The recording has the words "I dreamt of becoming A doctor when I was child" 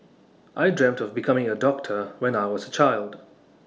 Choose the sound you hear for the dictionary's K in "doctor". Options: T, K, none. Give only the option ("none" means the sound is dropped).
K